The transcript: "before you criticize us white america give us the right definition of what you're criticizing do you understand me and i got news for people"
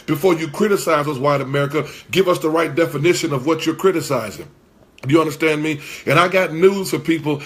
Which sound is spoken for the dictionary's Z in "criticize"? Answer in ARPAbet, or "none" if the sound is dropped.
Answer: Z